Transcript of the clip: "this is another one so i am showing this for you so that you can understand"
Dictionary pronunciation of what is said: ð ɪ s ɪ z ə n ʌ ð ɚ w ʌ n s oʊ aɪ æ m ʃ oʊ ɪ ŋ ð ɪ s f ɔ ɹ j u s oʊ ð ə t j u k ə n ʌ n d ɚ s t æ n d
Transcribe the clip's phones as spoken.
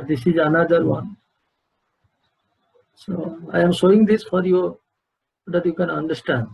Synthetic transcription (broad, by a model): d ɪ s ɪ z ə n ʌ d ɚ w ʌ n s oʊ aɪ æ m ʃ oʊ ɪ ŋ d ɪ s f ɔ ɹ j u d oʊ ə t j u k ə n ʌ n d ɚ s t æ n d